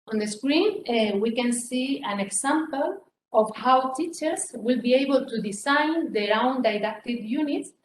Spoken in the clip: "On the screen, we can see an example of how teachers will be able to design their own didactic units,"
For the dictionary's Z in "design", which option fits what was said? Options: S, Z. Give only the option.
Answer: S